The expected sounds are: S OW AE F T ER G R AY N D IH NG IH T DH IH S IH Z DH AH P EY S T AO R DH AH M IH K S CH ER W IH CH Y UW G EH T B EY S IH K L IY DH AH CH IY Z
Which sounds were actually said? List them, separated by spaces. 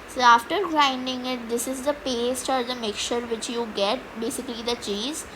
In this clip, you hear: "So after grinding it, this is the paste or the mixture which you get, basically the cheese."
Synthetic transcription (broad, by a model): S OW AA F T ER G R AY N D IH NG IH T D IH S IH Z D AH P EY S T AO R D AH M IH K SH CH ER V IH CH Y UW G EH T B EY S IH K L IY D AH CH IY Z